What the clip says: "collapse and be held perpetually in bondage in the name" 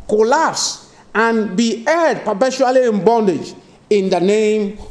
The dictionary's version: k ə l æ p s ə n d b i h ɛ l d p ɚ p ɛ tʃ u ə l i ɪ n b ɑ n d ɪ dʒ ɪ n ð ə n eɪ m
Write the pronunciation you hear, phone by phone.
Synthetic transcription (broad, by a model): k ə l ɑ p s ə n b i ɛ d p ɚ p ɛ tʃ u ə l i ɪ n b ɑ n d ɪ dʒ ɪ n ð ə n eɪ m